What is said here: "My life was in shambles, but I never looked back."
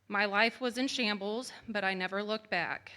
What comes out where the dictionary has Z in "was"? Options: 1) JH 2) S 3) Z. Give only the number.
3